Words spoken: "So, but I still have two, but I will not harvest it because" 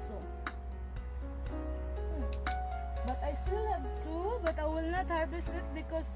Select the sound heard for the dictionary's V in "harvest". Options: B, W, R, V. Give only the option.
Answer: B